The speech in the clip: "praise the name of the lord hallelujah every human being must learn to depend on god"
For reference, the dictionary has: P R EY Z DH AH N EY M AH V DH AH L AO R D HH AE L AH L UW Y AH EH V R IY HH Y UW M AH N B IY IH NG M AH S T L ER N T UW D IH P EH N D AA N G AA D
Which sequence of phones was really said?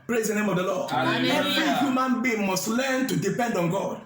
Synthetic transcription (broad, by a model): P R EY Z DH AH N EY M AH V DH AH L AO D EH V R IY HH Y UW M AH N B IY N M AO S T L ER N T UW D IH P EH N D AA N G AA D